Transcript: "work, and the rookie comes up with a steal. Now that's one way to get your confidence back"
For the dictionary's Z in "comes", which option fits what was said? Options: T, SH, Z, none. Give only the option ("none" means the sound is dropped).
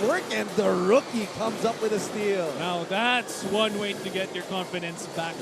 Z